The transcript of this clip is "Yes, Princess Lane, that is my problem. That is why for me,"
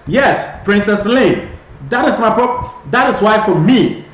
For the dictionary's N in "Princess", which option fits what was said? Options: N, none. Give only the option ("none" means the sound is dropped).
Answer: N